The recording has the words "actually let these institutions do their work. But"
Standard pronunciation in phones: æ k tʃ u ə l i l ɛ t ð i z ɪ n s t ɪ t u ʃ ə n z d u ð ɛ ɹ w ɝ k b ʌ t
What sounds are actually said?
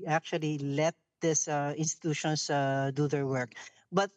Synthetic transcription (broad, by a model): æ k tʃ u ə l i l ɛ t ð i s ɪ n s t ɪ t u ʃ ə n s d u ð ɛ ɹ w ɝ k b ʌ t